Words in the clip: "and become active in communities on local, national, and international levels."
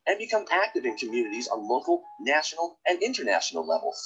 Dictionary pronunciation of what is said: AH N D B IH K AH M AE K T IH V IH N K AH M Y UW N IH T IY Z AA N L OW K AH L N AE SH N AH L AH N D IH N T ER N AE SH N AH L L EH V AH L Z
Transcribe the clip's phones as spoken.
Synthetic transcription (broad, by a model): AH N B IH K AH M AE K T IH V IH N K AH M Y UW N IH T IY Z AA N L OW K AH L N AE SH N L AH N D IH N T ER N AE SH N L L EH V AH L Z